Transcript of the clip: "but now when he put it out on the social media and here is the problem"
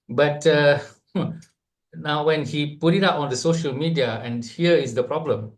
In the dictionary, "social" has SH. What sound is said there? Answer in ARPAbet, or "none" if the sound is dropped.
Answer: SH